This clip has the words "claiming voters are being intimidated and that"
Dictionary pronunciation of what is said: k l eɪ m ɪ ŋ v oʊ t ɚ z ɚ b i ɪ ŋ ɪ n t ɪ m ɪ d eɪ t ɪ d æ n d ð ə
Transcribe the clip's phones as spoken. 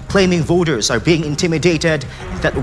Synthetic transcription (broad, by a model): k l eɪ m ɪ ŋ v oʊ t ɚ z ɚ b i ɪ ŋ ɪ n t ɪ m ɪ d eɪ t ɪ d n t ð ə